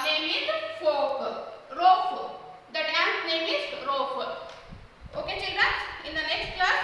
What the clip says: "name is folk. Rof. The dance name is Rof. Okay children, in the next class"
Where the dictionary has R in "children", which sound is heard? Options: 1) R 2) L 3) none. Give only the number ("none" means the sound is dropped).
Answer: 3